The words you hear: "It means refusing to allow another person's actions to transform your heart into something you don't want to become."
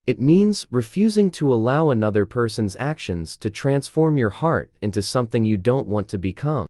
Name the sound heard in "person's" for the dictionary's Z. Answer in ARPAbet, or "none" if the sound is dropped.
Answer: Z